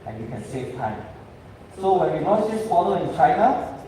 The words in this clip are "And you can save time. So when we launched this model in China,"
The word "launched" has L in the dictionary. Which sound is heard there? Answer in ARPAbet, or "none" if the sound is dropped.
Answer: N